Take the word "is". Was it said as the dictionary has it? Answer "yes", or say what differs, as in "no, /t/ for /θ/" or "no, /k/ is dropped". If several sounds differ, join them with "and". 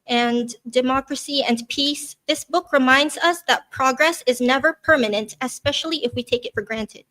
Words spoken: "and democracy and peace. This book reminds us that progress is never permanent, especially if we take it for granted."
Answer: yes